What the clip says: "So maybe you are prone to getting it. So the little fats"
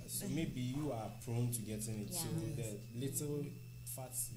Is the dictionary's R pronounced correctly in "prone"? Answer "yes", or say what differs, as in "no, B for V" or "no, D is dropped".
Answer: yes